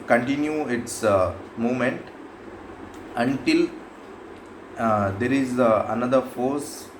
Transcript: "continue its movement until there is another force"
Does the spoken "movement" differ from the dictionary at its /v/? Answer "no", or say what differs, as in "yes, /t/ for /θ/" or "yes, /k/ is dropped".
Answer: yes, /v/ is dropped